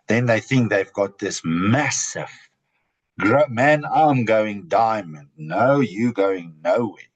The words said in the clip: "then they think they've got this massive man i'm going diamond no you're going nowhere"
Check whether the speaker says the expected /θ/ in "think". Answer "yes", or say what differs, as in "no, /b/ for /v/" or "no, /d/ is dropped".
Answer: yes